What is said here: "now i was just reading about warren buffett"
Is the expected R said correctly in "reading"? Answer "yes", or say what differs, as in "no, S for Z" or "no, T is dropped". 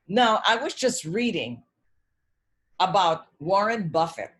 yes